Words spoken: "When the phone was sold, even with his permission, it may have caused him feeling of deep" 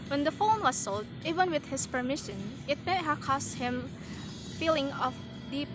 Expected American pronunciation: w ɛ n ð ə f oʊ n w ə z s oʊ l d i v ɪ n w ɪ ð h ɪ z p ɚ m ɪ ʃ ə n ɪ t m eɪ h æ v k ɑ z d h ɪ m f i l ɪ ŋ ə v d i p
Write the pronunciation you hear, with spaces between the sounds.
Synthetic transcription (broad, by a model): w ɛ n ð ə f oʊ n w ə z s oʊ l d i v ɪ n w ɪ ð h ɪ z p ɚ m ɪ ʃ ə n ɪ t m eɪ h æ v k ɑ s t h ɪ m f i l ɪ ŋ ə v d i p